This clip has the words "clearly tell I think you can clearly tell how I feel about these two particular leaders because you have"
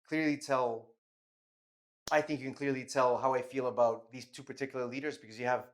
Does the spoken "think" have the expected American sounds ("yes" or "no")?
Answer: yes